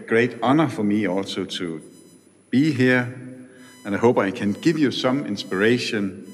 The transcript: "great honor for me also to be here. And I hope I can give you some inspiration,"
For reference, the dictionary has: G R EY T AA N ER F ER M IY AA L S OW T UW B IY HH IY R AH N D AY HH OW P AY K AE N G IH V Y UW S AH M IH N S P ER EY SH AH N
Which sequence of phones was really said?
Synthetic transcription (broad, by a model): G R EY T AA N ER F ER M IY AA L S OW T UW B IY HH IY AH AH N AY HH OW B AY K AE N G IH V Y UW S AH M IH N S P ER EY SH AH N